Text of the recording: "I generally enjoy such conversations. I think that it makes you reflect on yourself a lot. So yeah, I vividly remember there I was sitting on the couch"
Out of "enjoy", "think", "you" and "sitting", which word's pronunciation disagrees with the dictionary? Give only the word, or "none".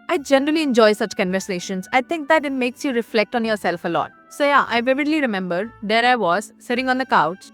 think